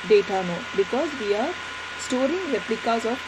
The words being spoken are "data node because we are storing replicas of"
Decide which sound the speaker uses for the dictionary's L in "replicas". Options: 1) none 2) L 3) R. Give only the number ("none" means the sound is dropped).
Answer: 2